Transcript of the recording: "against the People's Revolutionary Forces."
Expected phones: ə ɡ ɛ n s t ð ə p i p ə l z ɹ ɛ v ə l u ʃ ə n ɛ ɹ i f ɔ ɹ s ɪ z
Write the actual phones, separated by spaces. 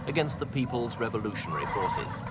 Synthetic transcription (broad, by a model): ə ɡ ɛ n s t ð ə p i p ə l z ɹ ɛ v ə l u ʃ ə n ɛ ɹ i f ɔ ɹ s ɪ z